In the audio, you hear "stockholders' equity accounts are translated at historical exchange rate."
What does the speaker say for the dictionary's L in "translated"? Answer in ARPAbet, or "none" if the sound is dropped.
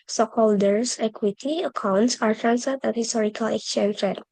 none